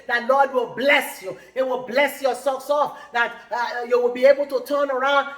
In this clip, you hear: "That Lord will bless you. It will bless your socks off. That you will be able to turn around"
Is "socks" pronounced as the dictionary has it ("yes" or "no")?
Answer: no